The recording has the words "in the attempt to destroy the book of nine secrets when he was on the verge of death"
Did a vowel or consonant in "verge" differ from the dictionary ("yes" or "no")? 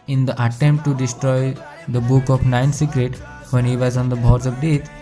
yes